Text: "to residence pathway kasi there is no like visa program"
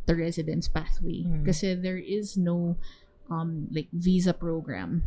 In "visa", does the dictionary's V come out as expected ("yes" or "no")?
yes